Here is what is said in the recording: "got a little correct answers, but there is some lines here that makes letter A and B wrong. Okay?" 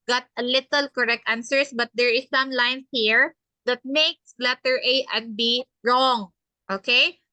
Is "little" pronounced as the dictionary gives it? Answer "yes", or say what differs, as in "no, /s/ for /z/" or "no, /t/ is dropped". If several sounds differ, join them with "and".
yes